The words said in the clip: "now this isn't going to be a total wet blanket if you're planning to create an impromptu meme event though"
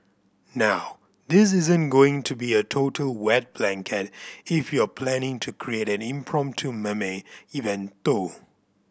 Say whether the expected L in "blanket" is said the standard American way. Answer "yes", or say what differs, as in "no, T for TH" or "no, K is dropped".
yes